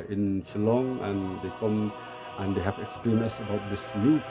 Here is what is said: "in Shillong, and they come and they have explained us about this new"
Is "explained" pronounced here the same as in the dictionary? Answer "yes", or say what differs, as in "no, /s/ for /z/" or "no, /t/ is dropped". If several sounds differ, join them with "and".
no, /d/ is dropped